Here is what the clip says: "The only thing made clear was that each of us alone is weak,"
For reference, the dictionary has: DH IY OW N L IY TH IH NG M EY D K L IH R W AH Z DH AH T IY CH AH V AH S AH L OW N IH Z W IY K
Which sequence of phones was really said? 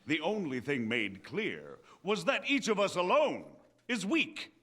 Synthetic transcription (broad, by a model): DH IY OW N L IY TH IH NG M EY D K L IH R W AH Z DH AH T IY CH AH V AH S AH L OW N IH Z W IY K